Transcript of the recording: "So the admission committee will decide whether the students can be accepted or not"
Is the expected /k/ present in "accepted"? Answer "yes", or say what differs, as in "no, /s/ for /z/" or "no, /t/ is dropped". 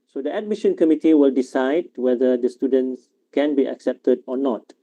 yes